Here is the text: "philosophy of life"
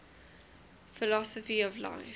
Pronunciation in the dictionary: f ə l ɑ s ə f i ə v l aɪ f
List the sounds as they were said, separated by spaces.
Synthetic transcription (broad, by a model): f ə l ɑ s ə f i ə v l aɪ